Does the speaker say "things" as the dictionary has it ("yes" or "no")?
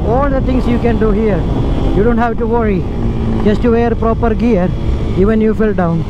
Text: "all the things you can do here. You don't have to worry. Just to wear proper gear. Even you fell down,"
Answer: no